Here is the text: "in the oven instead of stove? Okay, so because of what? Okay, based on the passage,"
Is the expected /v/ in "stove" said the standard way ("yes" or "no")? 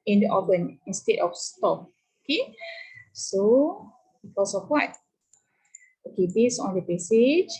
no